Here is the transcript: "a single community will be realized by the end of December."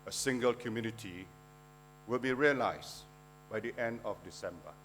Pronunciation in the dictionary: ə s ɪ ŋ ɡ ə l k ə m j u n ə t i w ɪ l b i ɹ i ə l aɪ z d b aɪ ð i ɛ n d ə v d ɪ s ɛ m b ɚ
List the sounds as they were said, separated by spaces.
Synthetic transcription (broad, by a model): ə s ɪ ŋ ɡ ə l k ə m j u n ə t i w ɪ l b i ɹ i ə l aɪ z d b aɪ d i ɛ n d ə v d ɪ s ɛ m b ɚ